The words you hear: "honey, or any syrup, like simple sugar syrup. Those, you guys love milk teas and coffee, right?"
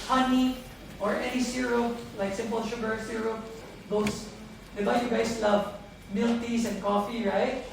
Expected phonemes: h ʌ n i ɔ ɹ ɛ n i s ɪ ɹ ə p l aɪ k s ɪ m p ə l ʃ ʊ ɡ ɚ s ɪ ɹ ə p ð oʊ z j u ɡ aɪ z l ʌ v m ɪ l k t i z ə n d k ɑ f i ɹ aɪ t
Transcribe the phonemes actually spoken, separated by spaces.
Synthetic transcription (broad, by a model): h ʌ n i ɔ ɹ ɛ n i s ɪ ɹ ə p l aɪ k s ɪ m p ə l ʃ ʊ ɡ ɚ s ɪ ɹ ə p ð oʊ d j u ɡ aɪ s l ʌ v m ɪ l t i s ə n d k ɑ f i ɹ aɪ t